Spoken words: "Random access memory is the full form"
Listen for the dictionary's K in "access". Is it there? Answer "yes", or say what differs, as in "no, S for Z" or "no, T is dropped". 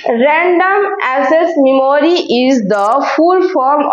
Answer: no, K is dropped